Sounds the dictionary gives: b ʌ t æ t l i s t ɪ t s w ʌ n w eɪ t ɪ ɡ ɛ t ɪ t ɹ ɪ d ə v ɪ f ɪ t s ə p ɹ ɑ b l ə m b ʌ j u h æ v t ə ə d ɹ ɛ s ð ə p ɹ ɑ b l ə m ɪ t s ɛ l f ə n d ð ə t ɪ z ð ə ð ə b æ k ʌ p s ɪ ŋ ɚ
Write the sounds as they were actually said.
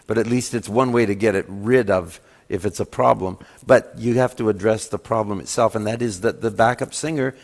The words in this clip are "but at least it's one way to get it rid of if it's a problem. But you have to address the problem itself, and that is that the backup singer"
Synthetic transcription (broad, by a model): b ʌ t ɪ t l i s t ɪ t s w ʌ n w eɪ t ɪ ɡ ɛ t ɪ t ɹ ɪ d ə v ɪ f ɪ t s ə p ɹ ɑ b l ə m b ʌ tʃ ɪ h æ f t ə ə d ɹ ɛ s ð ə p ɹ ɑ b l ə m ɪ t s ɛ l f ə n ð ə t ɪ z ð ə ð ə b æ k ʌ p s ɪ ŋ ɚ